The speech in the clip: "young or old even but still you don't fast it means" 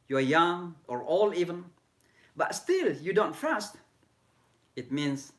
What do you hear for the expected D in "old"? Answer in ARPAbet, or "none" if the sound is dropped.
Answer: none